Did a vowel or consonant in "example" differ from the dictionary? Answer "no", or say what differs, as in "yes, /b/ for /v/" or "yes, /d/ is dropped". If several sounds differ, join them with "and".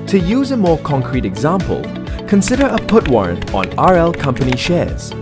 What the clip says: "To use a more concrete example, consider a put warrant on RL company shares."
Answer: no